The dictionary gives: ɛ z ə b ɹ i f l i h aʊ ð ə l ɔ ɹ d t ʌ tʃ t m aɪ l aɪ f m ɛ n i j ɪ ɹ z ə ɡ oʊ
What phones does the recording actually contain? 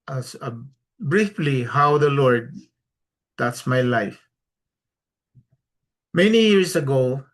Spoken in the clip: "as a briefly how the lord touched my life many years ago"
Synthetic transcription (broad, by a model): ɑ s ə b ɹ i f l i h aʊ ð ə l ɔ ɹ d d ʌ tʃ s m aɪ l aɪ f m ɛ n i j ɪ ɹ s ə ɡ oʊ